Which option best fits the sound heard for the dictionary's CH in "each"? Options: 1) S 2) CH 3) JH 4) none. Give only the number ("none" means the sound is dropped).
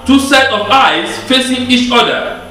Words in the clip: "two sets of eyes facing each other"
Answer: 2